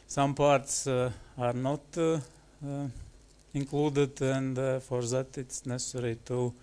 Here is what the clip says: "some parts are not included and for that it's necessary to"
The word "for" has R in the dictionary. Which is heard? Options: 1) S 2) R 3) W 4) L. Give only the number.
2